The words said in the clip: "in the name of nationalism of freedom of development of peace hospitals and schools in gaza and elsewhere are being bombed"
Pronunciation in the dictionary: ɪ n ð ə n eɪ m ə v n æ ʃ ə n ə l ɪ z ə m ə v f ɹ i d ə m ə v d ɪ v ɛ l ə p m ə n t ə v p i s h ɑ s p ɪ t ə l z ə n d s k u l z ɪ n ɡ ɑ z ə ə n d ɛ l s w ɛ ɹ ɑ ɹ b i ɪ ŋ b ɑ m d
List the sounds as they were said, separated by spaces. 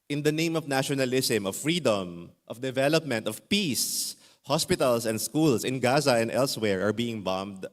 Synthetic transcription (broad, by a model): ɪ n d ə n eɪ m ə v n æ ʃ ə n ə l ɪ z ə m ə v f ɹ i d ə m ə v d ɪ v ɛ l ə p m ə n t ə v p i s h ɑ s p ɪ t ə l s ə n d s k u l s ɪ n ɡ ɑ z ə ə n d ɛ l s w ɛ ɹ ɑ ɹ b i ɪ ŋ b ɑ m d